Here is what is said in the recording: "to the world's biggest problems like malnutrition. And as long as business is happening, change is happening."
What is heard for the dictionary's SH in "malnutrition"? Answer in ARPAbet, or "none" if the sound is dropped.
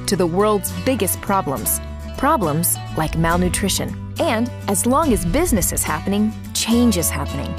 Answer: SH